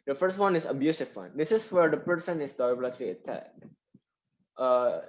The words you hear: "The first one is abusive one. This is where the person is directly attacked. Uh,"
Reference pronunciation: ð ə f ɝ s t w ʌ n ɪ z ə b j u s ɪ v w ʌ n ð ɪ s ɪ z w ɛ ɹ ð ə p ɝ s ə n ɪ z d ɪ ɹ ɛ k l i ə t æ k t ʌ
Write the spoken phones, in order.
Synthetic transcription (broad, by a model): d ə f ɝ s t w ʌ n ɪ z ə b j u s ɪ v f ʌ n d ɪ s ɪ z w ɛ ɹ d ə p ɝ s ə n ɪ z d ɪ l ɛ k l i ə t æ k t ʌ